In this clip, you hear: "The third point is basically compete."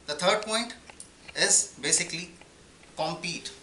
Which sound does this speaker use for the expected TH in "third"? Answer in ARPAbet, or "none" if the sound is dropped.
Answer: T